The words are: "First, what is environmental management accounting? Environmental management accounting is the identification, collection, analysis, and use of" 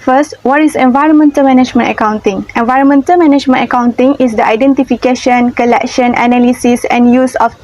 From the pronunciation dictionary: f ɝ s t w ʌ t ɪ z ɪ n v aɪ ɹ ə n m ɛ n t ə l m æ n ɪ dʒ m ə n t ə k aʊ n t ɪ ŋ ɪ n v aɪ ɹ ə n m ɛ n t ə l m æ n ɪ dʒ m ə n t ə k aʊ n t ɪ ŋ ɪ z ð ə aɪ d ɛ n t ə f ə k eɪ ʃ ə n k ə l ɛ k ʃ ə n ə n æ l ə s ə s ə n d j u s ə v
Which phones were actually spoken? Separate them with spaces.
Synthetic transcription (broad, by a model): f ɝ s t w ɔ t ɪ s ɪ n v aɪ ɹ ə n m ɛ n t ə l m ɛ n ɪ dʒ m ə n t ə k aʊ n t ɪ ŋ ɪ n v aɪ ɹ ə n m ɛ n t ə l m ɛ n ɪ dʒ m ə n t ə k aʊ n t ɪ ŋ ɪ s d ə aɪ d ɛ n t ə f ə k eɪ ʃ ə n k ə l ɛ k ʃ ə n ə n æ l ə s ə s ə n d j u s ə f